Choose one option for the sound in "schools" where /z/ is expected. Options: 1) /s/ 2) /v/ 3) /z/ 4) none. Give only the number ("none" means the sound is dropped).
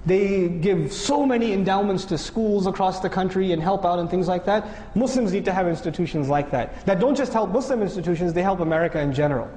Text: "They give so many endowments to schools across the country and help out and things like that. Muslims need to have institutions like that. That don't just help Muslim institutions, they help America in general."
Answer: 3